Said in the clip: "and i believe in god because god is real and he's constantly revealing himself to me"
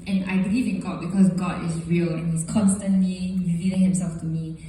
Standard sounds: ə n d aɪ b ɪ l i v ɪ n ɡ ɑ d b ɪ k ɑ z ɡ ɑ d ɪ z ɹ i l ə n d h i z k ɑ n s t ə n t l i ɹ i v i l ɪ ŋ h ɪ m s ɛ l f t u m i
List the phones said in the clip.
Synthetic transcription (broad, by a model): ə n aɪ b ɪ l i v ɪ n ɡ ɑ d b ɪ k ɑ s ɡ ɑ d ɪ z ɹ i l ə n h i s k ɑ n s t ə n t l i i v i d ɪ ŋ h ɪ m s ɛ l f t u m i